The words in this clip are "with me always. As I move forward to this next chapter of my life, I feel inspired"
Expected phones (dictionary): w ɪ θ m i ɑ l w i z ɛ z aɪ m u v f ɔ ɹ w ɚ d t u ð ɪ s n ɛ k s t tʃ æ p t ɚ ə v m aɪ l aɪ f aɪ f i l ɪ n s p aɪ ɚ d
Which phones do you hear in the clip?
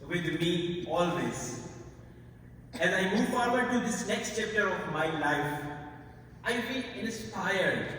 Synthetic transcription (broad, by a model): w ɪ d m i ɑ l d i s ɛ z aɪ m u v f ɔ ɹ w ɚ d t u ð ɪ s n ɛ k s t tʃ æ p t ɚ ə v m aɪ l aɪ f aɪ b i n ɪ n s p aɪ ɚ d